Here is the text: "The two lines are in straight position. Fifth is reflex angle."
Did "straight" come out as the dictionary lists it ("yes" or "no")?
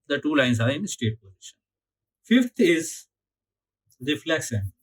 no